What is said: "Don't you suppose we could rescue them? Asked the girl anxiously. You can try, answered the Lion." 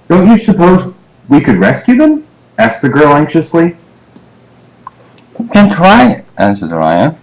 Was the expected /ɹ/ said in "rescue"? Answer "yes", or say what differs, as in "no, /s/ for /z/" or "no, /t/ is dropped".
yes